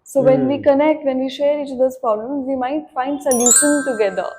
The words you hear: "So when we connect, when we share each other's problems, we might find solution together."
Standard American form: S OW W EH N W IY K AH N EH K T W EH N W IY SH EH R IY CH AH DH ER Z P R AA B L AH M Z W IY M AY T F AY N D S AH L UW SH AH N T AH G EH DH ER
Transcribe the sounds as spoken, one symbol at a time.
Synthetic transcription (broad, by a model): S OW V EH N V IY K AH N EH K T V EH N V IY SH EH R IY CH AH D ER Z P R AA B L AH M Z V IY M AY T F AY N D S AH L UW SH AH N T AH G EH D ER